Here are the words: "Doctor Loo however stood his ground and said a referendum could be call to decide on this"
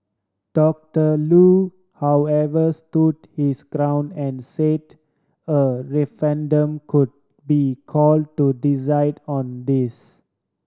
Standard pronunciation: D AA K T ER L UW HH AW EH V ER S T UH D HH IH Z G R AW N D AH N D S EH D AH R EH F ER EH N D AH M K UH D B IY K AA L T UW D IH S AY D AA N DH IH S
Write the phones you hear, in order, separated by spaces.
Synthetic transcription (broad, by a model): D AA K T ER L UW HH AW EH V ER S T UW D HH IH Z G R AW N AH N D S EH D AH R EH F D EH N D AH M K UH D B IY K AA L T UW D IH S AY D AA N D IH S